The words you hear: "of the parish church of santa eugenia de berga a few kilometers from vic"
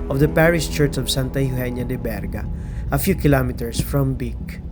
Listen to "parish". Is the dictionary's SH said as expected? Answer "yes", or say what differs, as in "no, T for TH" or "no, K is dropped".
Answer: no, S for SH